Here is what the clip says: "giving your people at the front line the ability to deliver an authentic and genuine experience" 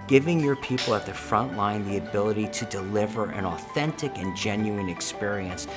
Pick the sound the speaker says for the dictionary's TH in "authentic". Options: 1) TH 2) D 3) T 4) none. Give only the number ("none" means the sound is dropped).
1